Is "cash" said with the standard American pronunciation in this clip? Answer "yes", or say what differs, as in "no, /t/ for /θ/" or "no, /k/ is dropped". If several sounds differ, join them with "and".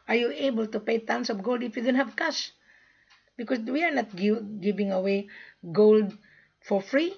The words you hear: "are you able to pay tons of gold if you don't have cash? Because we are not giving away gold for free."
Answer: no, /s/ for /ʃ/